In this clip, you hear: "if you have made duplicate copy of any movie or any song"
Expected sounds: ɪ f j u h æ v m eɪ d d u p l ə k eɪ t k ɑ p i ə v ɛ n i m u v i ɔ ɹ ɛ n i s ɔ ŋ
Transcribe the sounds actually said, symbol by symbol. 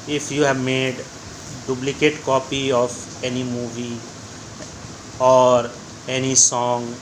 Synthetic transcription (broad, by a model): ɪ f j u h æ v m eɪ d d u b l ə k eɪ t k ɑ p i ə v ɛ n i m u v i ɔ ɹ ɛ n i s ɔ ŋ